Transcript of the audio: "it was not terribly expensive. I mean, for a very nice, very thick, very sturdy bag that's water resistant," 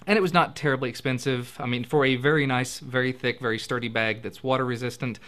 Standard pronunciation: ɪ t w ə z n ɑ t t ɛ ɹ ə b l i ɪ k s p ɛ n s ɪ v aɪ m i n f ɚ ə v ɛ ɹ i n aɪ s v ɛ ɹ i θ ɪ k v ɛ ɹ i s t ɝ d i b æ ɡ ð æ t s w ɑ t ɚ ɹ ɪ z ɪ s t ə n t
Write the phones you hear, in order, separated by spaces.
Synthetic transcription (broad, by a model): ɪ t w ə z n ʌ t t ɛ ɹ ə b l i ɪ k s p ɛ n s ɪ v aɪ m i n f ɚ ə v ɛ ɹ i n aɪ s v ɛ ɹ i θ ɪ k v ɛ ɹ i s t ɝ d i b æ ɡ ð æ t s w ɑ t ɚ ɹ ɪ z ɪ s t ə n t